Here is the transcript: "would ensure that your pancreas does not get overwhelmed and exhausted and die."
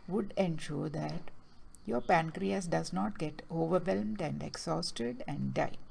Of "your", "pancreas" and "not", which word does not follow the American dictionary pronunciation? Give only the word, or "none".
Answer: none